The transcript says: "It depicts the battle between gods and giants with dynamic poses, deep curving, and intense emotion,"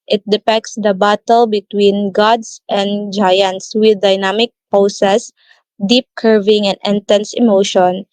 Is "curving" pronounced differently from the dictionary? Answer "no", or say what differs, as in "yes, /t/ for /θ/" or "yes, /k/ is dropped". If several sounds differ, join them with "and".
no